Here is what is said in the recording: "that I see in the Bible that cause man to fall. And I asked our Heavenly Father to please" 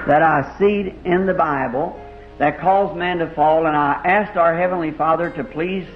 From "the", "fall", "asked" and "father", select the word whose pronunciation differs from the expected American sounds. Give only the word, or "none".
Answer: none